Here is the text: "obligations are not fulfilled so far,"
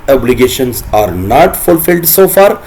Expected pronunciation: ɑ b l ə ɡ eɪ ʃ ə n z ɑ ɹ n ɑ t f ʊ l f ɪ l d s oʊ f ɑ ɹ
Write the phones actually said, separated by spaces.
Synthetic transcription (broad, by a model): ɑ b l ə ɡ eɪ ʃ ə n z ɑ ɹ n ɑ t f ʊ l f ɪ l d s oʊ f ɑ ɹ